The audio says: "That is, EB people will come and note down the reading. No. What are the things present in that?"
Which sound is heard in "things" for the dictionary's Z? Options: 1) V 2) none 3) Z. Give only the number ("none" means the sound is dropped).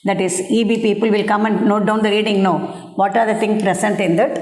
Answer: 2